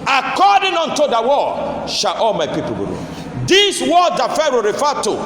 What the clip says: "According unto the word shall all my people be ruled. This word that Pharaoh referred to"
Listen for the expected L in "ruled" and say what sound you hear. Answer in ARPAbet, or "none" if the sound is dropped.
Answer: none